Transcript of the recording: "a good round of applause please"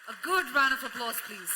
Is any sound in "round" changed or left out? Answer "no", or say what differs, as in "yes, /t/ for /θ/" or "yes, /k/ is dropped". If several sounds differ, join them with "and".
yes, /d/ is dropped